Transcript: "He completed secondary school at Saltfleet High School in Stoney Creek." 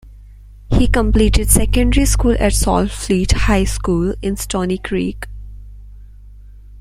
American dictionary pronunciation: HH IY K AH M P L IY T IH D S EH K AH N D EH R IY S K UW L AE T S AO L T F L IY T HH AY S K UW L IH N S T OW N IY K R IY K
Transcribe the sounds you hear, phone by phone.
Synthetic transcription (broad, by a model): HH IY K AH M P L IY T IH D S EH K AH N D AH R IY S K UW L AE T S AO L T F L IY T HH AY S K UW L IH N S T OW N IY K R IY K